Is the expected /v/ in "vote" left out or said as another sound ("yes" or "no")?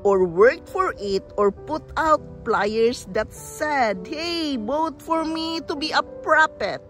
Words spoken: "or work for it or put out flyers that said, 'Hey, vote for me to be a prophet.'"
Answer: yes